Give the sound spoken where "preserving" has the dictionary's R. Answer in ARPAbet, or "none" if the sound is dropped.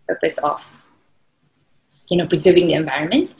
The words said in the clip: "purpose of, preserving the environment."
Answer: R